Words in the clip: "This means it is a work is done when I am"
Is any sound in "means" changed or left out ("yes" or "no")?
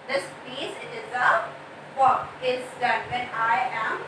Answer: yes